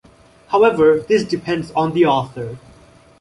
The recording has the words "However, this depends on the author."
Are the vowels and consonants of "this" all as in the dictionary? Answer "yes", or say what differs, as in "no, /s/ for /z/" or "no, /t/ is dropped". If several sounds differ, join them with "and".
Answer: yes